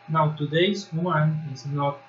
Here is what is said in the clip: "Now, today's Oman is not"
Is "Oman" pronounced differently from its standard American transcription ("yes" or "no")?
yes